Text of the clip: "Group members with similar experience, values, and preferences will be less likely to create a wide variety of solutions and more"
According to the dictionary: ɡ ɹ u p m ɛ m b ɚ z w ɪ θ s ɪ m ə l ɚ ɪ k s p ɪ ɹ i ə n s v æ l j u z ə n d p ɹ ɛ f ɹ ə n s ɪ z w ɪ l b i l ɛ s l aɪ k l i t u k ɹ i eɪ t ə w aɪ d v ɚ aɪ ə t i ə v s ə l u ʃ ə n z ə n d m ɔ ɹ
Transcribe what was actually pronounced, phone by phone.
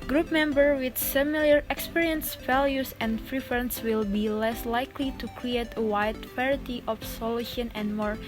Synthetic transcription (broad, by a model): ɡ ɹ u p m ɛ m b ɚ w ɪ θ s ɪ m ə l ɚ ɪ k s p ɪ ɹ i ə n s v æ l j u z ə n d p ɹ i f ɹ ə n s w ɪ l b i l ɛ s l aɪ k l i t u k ɹ i eɪ t ə w aɪ d p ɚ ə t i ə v s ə l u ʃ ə n ə n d m ɔ ɹ